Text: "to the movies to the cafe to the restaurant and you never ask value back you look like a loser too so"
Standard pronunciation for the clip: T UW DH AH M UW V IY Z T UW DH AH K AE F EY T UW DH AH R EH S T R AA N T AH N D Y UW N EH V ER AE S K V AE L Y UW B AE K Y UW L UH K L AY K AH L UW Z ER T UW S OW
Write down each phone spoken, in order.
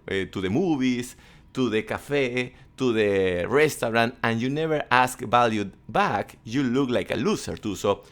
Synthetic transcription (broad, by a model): T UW DH AH M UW B IY S T UW DH AH K AE F EY T UW DH AH R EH S T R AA N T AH N Y UW N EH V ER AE S K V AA L Y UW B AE K Y UW L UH K L AY K AH L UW S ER T UW S OW